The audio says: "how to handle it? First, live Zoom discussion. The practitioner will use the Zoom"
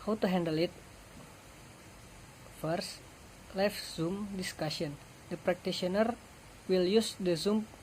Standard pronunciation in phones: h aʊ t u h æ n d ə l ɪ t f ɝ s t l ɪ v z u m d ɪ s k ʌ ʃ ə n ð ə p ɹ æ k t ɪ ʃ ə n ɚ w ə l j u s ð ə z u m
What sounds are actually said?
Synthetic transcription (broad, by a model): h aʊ t u h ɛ n d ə l ɪ t f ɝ s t l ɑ f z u m d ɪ s k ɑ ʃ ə n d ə p ɹ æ k t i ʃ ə n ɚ w ə l j u s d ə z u m